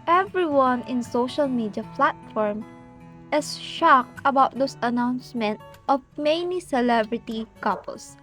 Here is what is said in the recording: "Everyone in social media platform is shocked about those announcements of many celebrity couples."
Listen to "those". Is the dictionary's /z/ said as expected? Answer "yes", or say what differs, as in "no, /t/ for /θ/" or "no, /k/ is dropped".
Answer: no, /s/ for /z/